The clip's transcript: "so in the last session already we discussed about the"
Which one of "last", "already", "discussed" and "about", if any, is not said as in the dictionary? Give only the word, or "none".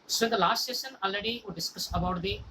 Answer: discussed